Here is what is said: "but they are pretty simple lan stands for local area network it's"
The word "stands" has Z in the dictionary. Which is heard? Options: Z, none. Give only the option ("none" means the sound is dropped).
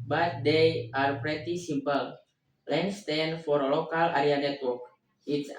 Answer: none